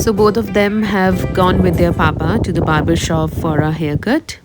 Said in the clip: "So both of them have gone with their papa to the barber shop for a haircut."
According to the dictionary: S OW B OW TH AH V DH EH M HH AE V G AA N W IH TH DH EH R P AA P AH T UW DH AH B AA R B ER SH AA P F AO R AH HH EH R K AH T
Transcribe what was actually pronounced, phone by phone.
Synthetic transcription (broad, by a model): S OW B OW T AH V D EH M HH AE V G AA N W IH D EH R P AA P AH T UW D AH B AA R B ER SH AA F AO R AH HH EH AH K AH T